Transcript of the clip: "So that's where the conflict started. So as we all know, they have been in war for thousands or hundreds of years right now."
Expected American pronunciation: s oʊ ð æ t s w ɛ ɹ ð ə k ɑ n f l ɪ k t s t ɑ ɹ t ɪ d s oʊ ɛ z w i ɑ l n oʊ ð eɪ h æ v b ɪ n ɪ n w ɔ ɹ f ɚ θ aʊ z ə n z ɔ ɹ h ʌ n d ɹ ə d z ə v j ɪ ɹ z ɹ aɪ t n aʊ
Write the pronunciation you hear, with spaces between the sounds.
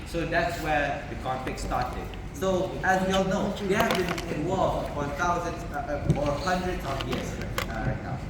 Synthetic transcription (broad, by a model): s oʊ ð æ t s w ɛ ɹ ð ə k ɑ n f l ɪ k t s t ɑ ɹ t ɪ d s oʊ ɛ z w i ɑ l n oʊ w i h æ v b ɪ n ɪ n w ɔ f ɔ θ aʊ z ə n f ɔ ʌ h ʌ n d ɹ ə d ə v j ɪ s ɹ ɹ aɪ t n aʊ